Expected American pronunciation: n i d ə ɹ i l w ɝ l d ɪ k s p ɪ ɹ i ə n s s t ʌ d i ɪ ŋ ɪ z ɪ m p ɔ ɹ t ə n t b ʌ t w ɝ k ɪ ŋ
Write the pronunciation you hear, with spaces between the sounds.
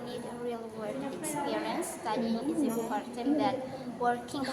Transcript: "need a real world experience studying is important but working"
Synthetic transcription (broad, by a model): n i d ə ɹ i l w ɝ d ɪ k s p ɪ ɹ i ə n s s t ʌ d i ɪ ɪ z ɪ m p ɔ ɹ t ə n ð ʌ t w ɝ k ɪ ŋ